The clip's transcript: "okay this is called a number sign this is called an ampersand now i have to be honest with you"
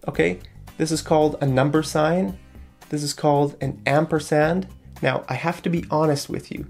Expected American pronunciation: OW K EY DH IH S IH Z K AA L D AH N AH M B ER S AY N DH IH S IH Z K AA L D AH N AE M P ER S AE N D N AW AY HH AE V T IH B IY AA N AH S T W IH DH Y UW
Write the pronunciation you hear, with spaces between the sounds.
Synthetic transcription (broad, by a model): OW K EY DH IH S IH Z K AA L D AH N AH M B ER S AY N DH IH S IH Z K AA L D AH N AE M P ER S AE N D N AW AY HH AE F T IH B IY AA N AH S T W IH DH Y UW